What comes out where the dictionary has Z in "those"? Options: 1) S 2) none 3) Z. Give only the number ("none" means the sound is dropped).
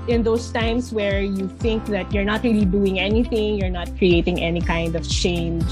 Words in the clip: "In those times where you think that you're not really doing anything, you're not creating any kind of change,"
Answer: 1